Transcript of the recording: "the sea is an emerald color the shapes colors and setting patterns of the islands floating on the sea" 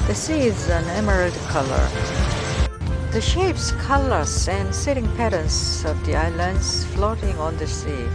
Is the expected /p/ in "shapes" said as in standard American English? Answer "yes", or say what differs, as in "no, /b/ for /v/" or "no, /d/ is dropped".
yes